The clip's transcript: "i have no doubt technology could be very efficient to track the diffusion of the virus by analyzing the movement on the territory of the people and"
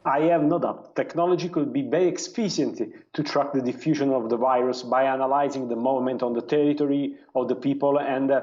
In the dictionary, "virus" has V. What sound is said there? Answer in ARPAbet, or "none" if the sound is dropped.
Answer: V